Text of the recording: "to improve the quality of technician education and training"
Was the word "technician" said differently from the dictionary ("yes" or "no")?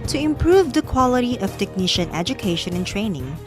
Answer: no